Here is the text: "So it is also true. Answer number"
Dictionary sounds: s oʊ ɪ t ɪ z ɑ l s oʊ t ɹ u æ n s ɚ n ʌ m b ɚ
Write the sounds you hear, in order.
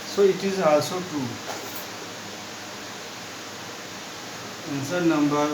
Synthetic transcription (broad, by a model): s oʊ ɪ t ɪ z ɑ s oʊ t u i n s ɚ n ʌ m b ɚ